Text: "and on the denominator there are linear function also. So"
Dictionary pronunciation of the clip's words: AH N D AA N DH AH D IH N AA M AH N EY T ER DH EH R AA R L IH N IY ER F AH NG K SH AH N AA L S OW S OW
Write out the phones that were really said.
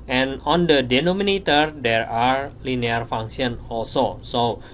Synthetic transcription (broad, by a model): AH N AA N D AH D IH N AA M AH N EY T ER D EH R AA R L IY N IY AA F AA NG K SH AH N AA L S OW S OW